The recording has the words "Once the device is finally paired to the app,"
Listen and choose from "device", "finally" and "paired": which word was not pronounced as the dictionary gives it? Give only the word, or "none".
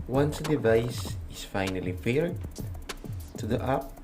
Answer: paired